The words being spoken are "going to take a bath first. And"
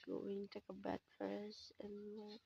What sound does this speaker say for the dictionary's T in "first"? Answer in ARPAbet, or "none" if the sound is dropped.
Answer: none